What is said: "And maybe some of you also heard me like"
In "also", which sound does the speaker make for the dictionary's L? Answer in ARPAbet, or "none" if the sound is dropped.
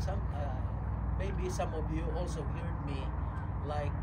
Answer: L